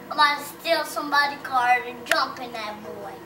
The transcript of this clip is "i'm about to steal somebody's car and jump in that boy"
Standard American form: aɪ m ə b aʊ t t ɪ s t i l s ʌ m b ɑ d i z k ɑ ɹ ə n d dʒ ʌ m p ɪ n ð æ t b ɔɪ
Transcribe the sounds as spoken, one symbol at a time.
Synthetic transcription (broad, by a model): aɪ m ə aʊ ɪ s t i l s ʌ m b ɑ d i k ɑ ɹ ə n d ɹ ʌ m p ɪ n ð æ t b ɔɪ